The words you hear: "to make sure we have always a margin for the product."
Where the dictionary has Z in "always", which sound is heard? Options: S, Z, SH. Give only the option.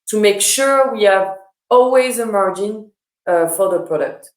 Z